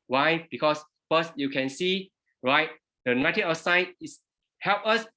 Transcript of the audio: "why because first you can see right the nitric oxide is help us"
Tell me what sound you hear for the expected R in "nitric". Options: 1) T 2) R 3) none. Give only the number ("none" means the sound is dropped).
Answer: 3